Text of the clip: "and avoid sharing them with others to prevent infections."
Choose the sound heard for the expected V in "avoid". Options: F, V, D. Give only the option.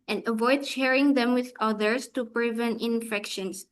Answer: V